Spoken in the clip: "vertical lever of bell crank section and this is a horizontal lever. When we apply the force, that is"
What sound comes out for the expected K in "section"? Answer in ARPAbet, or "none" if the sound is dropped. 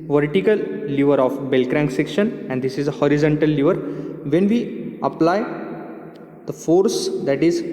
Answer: K